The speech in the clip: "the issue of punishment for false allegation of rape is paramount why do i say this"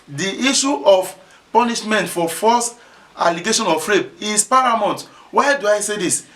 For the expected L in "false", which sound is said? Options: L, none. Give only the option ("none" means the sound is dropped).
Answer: none